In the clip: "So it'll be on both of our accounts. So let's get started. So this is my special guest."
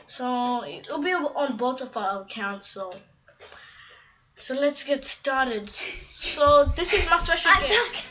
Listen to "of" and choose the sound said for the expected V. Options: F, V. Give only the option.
F